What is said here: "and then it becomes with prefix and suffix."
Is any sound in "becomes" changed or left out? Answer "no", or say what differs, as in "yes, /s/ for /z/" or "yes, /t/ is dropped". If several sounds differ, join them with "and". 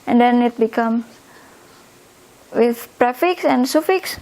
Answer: yes, /z/ is dropped